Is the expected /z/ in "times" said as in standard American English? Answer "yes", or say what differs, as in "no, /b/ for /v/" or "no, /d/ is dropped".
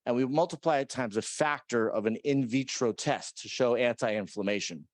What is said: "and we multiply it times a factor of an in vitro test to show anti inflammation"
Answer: yes